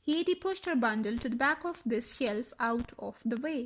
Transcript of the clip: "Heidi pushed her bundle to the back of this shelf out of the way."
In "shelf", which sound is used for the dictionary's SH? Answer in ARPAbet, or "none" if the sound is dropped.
SH